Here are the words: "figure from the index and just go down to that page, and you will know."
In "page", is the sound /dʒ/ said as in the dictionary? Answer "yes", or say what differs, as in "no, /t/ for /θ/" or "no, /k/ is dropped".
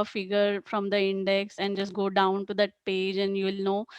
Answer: yes